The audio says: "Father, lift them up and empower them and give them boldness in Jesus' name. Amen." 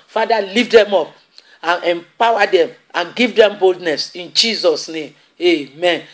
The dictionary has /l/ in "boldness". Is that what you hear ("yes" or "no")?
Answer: yes